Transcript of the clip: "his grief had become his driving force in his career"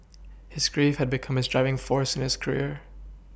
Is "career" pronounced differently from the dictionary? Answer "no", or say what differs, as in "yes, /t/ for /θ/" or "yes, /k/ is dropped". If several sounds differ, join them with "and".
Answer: no